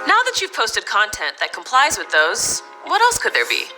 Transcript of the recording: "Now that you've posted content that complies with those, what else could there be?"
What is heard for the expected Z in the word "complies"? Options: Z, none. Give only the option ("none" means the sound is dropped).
Z